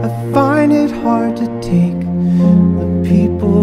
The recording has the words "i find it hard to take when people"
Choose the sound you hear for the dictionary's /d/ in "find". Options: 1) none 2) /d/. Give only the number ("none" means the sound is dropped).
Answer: 1